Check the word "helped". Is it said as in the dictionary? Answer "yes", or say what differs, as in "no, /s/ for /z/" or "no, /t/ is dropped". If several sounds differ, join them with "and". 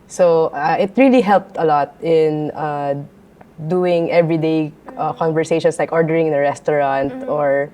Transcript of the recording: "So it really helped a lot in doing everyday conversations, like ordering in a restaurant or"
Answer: yes